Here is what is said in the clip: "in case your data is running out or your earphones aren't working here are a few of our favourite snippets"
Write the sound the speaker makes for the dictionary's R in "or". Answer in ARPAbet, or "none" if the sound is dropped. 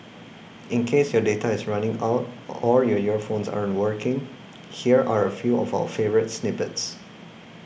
L